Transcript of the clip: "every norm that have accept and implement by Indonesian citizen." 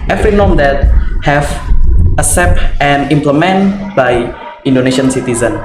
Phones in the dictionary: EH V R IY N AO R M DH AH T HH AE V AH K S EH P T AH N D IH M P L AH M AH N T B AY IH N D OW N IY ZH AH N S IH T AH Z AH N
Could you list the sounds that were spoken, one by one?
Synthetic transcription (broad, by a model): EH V R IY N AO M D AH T HH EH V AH S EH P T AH N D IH M P L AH M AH N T B AY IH N D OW N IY SH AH N S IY T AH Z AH N